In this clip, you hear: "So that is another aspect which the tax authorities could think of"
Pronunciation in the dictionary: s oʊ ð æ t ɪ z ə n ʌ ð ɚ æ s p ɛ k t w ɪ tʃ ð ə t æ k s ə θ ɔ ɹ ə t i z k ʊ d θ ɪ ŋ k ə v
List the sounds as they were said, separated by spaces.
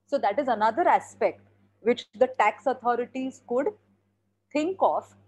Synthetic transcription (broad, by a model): s oʊ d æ t ɪ z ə n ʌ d ɚ æ s p ɛ k t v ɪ tʃ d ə t æ k s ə t ɔ ɹ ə t i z k ʊ d t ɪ ŋ k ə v